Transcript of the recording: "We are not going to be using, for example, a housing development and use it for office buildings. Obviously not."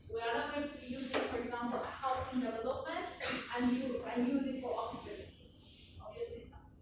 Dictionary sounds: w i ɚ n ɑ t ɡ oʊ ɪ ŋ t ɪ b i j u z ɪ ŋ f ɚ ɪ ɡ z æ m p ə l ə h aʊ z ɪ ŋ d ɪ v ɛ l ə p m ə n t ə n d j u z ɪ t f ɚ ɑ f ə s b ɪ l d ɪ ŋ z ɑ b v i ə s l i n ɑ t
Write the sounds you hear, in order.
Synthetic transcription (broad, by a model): w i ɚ n ɑ t ɡ oʊ ɪ ŋ t ɪ b i j u z ɪ ŋ f ɚ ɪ ɡ z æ m p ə l ə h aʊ s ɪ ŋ d ɪ v ɛ l ə p m ə n t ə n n j u z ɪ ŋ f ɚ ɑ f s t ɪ d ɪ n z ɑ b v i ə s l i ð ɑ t